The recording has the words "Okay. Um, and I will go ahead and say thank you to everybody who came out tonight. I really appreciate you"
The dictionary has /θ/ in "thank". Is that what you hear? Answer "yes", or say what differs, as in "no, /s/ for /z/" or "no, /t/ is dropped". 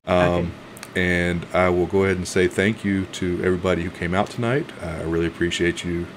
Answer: yes